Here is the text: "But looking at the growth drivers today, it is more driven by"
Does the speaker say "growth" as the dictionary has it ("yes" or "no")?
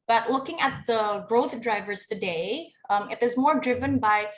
yes